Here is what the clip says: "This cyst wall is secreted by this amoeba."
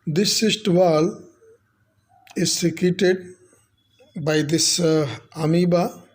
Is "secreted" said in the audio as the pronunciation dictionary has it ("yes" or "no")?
no